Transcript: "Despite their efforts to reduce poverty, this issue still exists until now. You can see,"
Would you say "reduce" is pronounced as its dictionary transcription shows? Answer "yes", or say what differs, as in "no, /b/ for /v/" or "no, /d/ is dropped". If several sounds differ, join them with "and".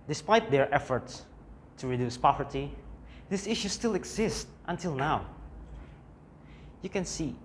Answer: yes